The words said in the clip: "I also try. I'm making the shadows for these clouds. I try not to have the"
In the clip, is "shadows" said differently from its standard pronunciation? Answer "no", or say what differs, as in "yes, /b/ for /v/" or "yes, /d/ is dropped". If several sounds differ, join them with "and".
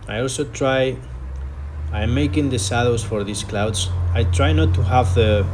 yes, /s/ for /ʃ/